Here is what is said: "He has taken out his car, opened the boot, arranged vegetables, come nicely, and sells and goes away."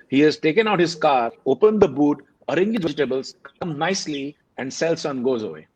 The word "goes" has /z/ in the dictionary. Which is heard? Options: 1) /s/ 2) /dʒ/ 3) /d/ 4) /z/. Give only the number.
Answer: 4